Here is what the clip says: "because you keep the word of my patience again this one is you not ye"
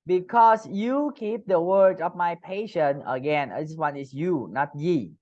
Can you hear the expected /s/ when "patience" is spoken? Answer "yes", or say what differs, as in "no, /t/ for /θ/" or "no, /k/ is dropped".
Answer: no, /s/ is dropped